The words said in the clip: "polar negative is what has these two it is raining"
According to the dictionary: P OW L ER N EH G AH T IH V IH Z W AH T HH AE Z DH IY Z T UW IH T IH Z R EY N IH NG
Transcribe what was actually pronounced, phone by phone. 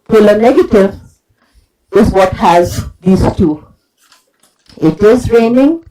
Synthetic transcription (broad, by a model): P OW L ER N EH G AH T IH V IH Z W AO T HH AE Z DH IY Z T UW IH T IH Z R EY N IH NG